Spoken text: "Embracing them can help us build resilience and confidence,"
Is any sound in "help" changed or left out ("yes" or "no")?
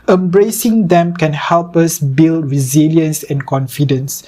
no